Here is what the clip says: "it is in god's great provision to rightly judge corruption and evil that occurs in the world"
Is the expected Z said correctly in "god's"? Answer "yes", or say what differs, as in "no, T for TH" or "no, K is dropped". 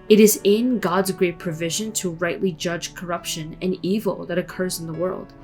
yes